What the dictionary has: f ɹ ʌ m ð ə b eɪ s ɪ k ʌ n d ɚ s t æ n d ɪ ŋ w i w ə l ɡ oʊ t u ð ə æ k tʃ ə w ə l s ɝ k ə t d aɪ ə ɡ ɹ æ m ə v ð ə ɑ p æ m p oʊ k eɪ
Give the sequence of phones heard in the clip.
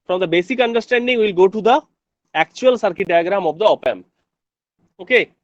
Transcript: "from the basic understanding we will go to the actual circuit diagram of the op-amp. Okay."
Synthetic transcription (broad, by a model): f ɹ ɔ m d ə b eɪ s ɪ k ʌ n d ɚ s t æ n d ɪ ŋ w i l ɡ oʊ t u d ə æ k tʃ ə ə l s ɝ k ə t d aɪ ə ɡ ɹ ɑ m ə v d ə ɑ p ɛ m oʊ k eɪ